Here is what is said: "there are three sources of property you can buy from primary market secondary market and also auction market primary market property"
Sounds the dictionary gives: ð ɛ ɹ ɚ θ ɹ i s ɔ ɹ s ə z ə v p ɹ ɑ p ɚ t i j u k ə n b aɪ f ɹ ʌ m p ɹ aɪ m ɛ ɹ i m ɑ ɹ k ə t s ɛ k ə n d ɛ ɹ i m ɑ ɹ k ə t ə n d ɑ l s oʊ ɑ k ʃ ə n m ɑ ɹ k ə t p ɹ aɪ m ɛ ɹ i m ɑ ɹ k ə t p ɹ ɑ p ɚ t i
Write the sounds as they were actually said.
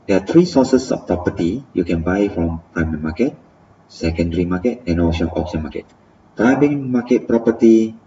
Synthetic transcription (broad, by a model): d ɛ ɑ t ɹ i s ɔ s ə s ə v p ɹ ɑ p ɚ t i j u k ə n b aɪ f ɹ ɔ m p ɹ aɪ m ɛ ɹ m ɑ k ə t s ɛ k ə n d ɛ ɹ i m ɑ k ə t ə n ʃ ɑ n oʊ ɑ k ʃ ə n m ɑ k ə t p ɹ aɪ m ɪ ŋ m ɑ k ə t p ɹ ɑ p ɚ t i